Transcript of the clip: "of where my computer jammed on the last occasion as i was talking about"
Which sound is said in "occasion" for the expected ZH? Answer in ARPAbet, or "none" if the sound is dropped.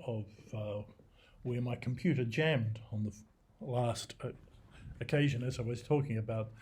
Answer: ZH